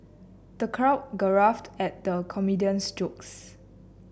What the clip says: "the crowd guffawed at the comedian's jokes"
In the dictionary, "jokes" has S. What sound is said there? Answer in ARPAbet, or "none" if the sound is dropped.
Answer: S